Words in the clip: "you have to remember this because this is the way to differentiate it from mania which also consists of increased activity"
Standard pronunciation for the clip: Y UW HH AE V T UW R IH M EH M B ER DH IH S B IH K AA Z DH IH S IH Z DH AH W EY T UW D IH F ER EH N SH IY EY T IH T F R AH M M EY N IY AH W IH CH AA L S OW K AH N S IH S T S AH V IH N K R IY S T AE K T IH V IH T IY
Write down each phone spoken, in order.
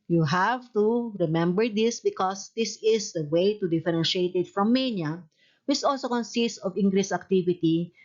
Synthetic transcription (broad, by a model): Y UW HH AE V T UW R IH M EH M B ER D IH S B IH K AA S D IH S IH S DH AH W EY T UW D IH F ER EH N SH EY T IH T F R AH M M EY N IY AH W IH CH AA L S OW K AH N S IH S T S AH V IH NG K R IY S AE K T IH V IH T IY